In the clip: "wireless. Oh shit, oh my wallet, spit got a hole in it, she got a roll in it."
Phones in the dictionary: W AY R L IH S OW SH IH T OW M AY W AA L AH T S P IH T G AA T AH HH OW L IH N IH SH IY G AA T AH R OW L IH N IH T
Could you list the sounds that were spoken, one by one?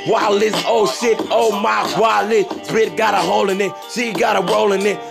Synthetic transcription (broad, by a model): W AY L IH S OW S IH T OW M AY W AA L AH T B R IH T G AA T AH HH OW L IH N IH S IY G AA T AH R OW L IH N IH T